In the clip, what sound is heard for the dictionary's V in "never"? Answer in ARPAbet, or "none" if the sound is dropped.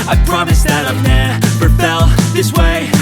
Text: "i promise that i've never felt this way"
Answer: P